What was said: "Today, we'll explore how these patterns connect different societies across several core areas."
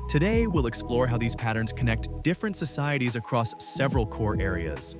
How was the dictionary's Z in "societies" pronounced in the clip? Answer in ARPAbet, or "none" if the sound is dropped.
Z